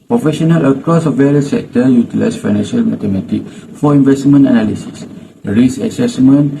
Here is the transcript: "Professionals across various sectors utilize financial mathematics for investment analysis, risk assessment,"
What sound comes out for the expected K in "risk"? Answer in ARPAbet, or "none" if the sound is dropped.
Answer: none